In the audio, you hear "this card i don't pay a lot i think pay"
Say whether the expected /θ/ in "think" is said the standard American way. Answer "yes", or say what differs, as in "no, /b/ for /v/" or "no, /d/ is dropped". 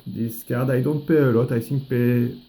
no, /s/ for /θ/